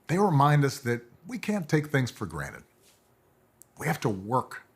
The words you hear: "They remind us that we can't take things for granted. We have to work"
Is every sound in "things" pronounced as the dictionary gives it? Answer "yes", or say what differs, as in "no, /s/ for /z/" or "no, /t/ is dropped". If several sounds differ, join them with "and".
yes